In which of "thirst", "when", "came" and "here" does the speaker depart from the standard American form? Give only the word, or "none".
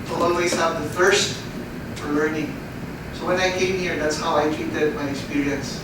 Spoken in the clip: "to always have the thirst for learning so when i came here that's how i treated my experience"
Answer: thirst